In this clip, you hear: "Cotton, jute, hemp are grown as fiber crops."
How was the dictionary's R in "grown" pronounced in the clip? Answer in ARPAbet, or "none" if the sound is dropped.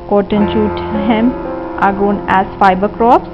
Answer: none